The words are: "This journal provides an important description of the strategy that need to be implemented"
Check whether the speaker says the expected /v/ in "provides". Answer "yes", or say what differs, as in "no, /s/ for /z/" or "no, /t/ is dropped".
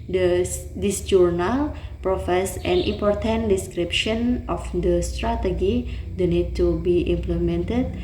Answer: no, /f/ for /v/